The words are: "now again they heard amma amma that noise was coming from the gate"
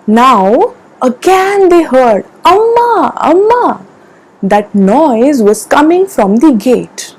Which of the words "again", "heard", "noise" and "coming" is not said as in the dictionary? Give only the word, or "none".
none